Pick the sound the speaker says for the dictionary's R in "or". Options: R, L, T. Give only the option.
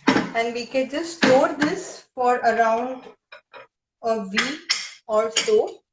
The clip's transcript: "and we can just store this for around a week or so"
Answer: L